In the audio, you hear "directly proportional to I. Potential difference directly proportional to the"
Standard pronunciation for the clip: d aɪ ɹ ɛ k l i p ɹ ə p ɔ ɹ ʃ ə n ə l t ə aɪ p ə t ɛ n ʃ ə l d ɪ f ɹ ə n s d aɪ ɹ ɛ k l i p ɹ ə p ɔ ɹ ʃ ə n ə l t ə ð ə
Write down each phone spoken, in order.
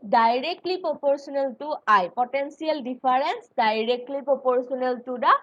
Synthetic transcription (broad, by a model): d aɪ ɹ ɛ k l i p ɹ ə p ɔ ɹ s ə n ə l t ə aɪ p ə t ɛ n s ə l d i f ɹ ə n s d aɪ ɹ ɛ k l i p ɹ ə p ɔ ɹ s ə n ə l t ə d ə